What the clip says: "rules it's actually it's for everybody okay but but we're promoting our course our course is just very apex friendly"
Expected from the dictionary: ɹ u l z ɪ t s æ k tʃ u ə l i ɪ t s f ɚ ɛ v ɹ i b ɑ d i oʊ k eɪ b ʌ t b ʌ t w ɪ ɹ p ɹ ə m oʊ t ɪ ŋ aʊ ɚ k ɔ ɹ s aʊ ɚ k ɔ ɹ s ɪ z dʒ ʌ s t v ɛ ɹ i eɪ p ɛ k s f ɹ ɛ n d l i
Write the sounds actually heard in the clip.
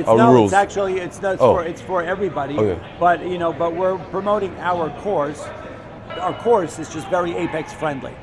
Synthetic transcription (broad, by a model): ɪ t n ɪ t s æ k tʃ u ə n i ɪ t s f ɚ ɛ v ɹ i b ɑ d i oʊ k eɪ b ʌ t b ʌ t w ɪ ɹ p ɹ ə m oʊ t ɪ ŋ aʊ ɚ k ɔ ɹ s aʊ ɚ k ɔ ɹ s ɪ z dʒ ʌ s t v ɛ ɹ i eɪ p ɛ k s f ɹ ɛ n d l i